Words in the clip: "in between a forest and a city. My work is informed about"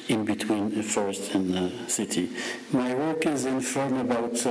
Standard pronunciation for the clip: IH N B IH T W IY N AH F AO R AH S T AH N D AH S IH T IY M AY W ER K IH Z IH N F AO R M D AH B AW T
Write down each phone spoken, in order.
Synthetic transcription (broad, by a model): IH N B IH T W IY N AH F AO R AH S T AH N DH AH S IH T IY M AY W ER K IH Z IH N F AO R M AH B AW T